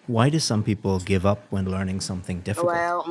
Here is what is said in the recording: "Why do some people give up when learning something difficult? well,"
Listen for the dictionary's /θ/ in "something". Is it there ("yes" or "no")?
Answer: yes